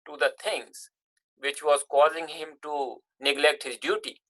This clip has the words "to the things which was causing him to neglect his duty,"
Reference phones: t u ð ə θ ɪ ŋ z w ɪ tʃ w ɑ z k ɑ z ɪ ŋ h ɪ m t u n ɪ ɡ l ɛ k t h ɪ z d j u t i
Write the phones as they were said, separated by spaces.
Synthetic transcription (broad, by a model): t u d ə t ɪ ŋ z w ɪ tʃ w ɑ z k ɑ z ɪ ŋ h ɪ m t u n ɪ ɡ l ɛ k t h ɪ z d j u t i